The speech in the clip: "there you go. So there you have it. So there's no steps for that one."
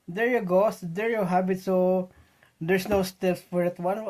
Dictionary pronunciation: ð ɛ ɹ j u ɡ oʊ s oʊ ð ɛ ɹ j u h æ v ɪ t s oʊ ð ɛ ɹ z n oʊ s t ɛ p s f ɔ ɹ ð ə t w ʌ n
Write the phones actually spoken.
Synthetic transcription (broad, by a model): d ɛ ɹ j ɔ ɡ oʊ s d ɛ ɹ j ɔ h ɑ b ɪ t s oʊ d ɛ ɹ s n oʊ s t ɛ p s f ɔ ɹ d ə t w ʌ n